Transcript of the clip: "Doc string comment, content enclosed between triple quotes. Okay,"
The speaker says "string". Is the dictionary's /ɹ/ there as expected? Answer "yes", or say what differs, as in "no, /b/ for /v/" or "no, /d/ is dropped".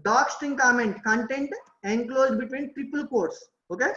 no, /ɹ/ is dropped